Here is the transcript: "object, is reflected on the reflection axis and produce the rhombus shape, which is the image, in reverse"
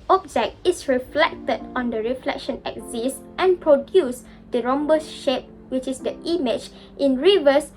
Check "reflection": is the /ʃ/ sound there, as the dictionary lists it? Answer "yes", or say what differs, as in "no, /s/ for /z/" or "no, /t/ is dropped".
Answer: yes